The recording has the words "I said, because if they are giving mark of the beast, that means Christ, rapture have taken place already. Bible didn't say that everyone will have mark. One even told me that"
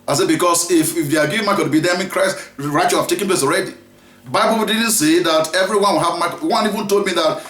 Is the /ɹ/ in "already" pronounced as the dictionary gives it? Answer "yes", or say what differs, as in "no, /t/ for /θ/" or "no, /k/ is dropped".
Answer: yes